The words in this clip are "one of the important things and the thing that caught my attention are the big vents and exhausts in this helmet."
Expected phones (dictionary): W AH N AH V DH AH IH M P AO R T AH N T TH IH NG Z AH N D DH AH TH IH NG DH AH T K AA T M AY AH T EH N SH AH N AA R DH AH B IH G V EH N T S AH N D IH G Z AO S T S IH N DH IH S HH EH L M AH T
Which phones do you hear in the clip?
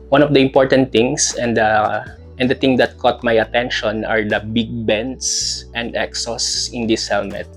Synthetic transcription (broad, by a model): W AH N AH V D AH IH M P AO R T AH N T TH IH NG S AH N D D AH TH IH NG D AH T K AA T M AY AH T EH N SH AH N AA R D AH B IH G B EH N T S AH N D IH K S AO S S IH N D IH S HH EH L M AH T